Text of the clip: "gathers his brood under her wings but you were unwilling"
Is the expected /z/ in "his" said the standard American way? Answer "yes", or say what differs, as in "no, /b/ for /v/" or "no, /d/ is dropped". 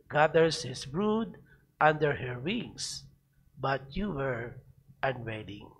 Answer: no, /s/ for /z/